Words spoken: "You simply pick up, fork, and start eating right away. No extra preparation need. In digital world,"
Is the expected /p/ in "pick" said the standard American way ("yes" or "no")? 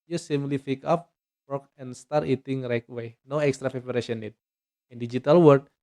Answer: no